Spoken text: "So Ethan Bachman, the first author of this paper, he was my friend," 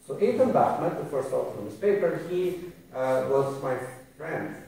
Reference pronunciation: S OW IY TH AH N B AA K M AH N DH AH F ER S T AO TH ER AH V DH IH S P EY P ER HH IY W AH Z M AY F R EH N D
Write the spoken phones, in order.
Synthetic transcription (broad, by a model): S OW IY T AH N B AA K M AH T DH AH F ER S T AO F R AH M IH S P EY P ER HH IY W AH Z M AY F R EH N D